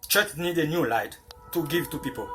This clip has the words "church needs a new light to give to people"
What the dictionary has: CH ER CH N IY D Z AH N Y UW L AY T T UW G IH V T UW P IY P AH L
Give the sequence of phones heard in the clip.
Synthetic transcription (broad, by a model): CH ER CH N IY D AH N Y UW L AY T T UW G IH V T UW P IY P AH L